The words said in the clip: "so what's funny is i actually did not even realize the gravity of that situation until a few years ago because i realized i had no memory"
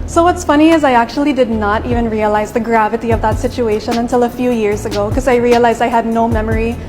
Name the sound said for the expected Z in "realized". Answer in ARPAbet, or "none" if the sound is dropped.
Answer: Z